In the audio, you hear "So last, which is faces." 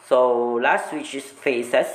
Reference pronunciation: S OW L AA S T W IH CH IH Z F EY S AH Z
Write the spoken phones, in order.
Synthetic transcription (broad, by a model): S OW L AA S T W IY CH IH S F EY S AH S